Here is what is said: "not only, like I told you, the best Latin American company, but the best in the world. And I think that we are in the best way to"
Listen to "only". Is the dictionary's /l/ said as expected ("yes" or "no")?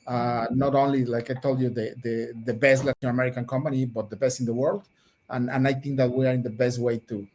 yes